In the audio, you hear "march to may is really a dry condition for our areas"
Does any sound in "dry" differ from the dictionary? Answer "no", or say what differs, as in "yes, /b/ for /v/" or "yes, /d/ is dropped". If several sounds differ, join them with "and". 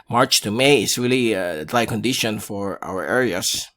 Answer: yes, /l/ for /ɹ/